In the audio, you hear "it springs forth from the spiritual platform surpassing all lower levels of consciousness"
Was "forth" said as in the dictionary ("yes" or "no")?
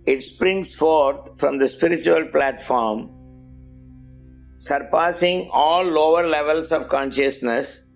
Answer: no